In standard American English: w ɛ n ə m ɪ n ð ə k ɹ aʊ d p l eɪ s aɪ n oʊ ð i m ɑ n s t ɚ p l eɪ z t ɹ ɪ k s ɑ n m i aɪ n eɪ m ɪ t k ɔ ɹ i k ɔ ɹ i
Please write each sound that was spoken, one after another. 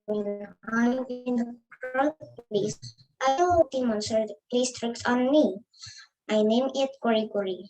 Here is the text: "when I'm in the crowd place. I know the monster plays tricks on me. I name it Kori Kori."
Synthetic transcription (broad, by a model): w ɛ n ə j ɪ n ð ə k aʊ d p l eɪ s aɪ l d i m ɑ n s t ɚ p l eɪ s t ɹ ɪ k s ɑ n m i aɪ n eɪ m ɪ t k ɔ ɹ i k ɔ ɹ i